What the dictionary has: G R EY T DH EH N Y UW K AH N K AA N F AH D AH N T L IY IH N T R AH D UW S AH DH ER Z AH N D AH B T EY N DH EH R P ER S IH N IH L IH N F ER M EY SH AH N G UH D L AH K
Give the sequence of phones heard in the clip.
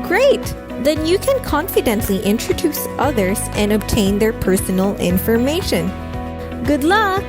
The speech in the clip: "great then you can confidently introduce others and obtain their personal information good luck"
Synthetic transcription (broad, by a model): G R EY T DH EH N Y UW K AH N K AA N F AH D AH N T L IY IH N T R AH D UW S AH DH ER Z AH N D AH B T EY N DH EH R P ER S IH N L IH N F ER M EY SH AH N G UH D L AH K